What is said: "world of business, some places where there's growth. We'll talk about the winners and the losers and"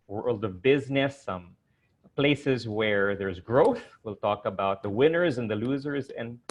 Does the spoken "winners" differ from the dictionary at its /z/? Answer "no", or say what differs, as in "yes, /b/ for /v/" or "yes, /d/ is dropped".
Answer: no